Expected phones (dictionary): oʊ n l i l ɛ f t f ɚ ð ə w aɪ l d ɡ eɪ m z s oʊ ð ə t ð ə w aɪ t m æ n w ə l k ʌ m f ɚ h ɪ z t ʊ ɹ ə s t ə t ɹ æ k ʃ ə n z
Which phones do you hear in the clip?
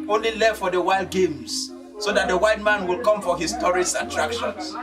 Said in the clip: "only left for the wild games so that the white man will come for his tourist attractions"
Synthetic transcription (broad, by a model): oʊ n l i l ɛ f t f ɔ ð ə w aɪ l d ɡ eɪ m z s oʊ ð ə t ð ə w aɪ t m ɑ n w ə l k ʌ m f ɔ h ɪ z t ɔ ɹ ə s ə t ɹ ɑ k ʃ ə n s